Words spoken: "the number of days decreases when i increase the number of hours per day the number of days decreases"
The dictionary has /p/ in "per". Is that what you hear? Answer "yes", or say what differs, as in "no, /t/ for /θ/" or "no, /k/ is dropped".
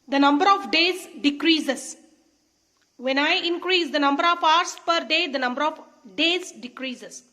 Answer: yes